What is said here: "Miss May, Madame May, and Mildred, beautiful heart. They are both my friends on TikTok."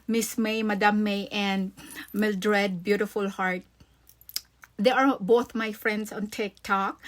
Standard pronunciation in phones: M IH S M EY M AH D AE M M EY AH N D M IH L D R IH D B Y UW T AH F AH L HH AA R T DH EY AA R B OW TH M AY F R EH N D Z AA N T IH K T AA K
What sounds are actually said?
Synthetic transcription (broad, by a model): M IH S M EY M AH D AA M M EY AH N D M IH L D R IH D B Y UW T AH F AH L HH AA R T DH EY AA R B OW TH M AY F R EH N D S AA N T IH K T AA K